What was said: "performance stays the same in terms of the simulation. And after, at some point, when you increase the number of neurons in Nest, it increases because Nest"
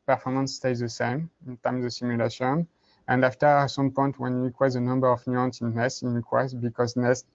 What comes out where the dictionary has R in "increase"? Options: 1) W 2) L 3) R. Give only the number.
1